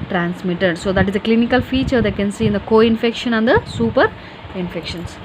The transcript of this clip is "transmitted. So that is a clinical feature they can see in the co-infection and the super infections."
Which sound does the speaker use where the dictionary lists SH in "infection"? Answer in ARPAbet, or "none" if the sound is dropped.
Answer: SH